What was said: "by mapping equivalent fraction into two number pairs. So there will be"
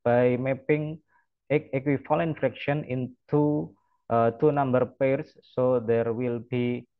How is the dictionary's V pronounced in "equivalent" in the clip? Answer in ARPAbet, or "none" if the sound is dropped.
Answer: F